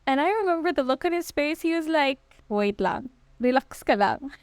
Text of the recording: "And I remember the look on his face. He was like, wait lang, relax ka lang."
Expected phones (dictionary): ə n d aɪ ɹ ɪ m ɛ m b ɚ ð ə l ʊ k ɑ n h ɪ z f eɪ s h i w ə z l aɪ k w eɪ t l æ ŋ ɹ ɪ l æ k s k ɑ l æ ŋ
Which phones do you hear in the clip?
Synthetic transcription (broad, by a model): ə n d aɪ ɹ ɪ m ɛ m b ɚ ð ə l ʊ k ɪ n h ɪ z p eɪ s h i w ə z l aɪ k w eɪ t l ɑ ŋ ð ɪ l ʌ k s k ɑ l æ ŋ